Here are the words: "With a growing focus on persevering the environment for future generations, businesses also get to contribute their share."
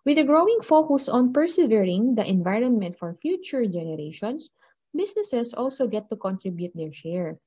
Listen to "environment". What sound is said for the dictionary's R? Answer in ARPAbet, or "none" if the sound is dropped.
R